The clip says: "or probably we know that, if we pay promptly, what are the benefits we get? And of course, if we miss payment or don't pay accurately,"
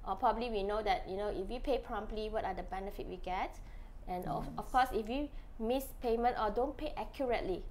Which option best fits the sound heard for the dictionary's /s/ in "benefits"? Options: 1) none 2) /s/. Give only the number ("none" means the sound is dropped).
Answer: 1